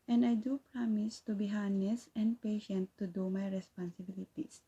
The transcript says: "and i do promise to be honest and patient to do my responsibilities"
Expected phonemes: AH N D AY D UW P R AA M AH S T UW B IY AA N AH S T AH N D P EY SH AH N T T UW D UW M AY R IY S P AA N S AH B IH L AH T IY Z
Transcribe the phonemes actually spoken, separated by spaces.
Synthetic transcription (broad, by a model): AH N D AY D UW P R AA M AH S T UW B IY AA N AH S AH N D P EY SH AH N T T UW D UW M AY R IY S P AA N S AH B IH L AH T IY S